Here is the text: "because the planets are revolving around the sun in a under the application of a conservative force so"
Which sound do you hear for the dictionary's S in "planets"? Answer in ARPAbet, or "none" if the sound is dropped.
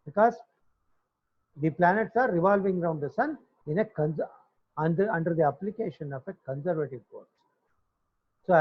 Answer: S